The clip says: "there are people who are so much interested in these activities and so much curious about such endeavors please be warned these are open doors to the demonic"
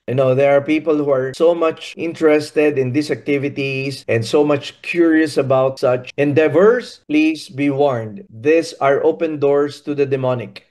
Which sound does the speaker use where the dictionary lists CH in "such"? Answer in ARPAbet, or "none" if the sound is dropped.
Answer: CH